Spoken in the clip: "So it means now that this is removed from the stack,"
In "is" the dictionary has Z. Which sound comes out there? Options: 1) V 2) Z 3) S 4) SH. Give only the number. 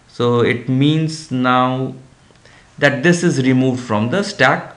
2